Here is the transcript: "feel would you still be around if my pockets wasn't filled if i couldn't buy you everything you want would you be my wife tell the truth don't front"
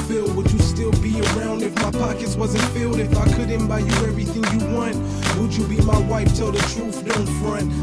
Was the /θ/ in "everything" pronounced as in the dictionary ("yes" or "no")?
yes